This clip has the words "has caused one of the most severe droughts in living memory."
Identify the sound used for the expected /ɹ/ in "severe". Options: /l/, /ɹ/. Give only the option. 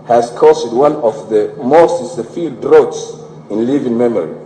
/l/